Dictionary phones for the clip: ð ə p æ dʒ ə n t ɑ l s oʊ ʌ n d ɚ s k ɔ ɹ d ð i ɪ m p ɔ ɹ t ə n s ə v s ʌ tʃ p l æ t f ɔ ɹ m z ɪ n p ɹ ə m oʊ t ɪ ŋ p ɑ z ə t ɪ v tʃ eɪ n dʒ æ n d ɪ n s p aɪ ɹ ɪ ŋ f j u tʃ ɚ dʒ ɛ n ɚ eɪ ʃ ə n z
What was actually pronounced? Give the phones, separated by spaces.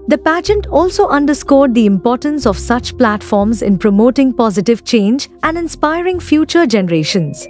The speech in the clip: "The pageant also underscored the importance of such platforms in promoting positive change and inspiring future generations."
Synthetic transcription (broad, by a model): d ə p æ dʒ ə n t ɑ l s oʊ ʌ n d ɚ s k ɔ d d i ɪ m p ɔ ɹ t ə n s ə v s ʌ tʃ p l æ t f ɔ ɹ m z ɪ n p ɹ ə m oʊ t ɪ ŋ p ɑ z ə t ɪ v tʃ eɪ n dʒ æ n d ɪ n s p aɪ ɹ ɪ ŋ f j u tʃ ɚ dʒ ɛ n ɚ eɪ ʃ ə n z